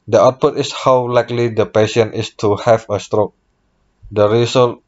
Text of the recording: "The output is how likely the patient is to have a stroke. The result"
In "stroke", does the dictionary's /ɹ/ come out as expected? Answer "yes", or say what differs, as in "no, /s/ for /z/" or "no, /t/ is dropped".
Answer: yes